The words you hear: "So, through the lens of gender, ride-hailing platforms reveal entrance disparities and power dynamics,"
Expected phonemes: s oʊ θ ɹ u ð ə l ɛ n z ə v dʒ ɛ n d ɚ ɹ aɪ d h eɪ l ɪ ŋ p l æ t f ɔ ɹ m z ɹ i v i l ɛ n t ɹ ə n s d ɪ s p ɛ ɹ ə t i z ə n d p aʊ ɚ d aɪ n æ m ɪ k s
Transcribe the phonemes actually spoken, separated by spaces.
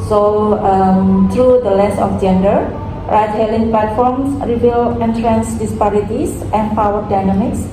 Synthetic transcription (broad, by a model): s oʊ t ɹ u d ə l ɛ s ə f dʒ ɛ n d ɚ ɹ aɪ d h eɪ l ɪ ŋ p l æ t f ɔ ɹ m s ɹ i b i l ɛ n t ɹ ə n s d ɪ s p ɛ ɹ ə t i s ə n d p aʊ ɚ d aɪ n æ m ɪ k s